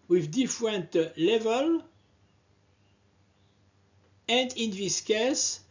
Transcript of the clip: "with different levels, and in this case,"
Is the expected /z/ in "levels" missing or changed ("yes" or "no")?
yes